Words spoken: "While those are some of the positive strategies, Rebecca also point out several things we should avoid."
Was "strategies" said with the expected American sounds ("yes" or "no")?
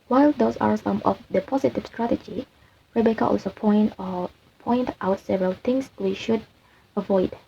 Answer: no